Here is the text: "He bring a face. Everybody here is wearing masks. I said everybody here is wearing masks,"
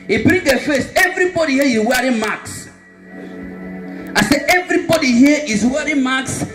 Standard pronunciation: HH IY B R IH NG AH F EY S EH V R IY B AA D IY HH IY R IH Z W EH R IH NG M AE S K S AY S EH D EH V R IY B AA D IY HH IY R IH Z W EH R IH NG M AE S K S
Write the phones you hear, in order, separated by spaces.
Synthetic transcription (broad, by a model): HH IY B R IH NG AH F EY S EH V R IY B AA D IY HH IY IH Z W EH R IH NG M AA K S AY S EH EH V R IY B AA D IY HH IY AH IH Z W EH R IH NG M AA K S